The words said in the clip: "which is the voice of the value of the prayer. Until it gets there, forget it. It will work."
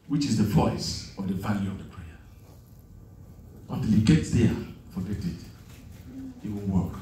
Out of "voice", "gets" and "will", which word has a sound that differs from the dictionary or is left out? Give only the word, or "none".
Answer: will